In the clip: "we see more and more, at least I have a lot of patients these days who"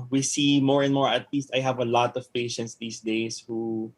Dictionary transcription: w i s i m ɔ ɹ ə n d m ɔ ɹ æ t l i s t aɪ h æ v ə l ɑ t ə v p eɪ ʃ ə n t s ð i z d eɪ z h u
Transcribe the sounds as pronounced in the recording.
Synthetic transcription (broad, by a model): w i s i m ɔ ɹ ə n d m ɔ ɹ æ t l i s t aɪ h æ v ə l ɑ t ə v p eɪ ʃ ə n t s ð i s d eɪ s h u